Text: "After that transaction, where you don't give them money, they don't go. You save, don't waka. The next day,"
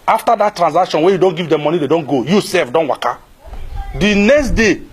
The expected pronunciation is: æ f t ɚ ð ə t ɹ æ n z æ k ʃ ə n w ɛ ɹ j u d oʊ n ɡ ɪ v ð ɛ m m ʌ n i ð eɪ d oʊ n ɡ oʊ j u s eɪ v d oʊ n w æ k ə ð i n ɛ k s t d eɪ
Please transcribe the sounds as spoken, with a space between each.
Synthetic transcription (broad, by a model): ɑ f t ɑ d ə t ɹ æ n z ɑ k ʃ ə n w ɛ j u d oʊ n ɡ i v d ɛ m m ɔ n i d eɪ d oʊ n ɡ oʊ j u s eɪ f d oʊ n w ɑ k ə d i n ɛ k s t d eɪ